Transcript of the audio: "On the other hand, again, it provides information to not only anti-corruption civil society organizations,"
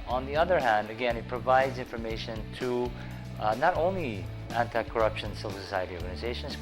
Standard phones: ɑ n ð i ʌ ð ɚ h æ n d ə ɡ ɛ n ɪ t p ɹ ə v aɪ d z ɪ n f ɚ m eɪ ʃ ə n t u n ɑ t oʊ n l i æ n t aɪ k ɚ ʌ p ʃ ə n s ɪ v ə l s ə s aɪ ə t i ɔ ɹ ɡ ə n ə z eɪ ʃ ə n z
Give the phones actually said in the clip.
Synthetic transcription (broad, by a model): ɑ n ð i ʌ ð ɚ h æ n d ə ɡ ɛ n ɪ t p ɹ ə v aɪ d z ɪ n f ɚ m eɪ ʃ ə n t u n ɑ t oʊ n l i æ n t aɪ k ɚ ʌ p ʃ ə n s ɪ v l s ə s aɪ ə t i ɔ ɹ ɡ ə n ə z eɪ ʃ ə n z